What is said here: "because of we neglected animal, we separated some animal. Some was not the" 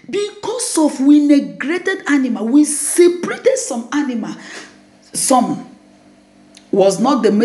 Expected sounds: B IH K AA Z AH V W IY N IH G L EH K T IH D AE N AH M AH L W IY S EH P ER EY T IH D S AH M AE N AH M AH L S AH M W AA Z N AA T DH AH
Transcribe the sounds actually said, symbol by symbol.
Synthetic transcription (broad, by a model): B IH K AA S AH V W IY N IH G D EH T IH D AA N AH M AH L W IY S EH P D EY T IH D S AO M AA N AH M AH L S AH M W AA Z N AA T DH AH